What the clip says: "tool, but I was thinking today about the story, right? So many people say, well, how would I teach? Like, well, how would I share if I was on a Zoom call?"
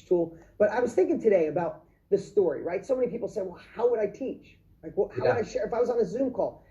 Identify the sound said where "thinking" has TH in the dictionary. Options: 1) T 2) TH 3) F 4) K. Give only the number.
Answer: 2